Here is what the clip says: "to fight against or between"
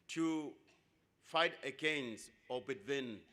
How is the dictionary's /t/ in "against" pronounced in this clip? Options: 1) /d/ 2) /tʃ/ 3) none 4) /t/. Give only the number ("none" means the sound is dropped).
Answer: 3